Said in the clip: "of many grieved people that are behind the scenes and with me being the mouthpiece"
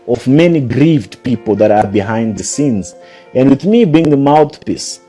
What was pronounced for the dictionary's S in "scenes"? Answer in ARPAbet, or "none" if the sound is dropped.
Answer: S